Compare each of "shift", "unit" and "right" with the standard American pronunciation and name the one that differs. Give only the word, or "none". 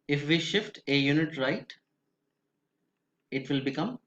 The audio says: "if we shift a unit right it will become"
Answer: none